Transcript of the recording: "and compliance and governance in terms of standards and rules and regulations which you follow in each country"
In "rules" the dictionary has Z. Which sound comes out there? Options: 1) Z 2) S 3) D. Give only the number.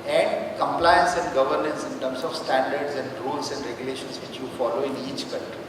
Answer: 2